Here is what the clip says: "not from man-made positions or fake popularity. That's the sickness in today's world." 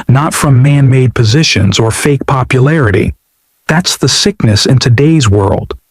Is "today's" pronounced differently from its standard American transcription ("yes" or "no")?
no